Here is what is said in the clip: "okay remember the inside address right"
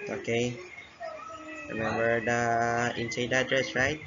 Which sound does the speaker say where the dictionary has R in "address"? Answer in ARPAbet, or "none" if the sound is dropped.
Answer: R